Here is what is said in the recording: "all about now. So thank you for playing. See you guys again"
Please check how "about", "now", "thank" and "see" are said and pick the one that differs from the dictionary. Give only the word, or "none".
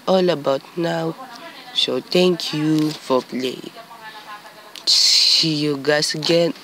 thank